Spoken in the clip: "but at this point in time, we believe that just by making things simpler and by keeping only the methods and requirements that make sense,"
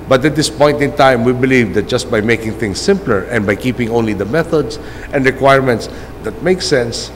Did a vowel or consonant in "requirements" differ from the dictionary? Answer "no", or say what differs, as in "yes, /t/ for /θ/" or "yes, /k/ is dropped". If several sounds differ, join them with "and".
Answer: no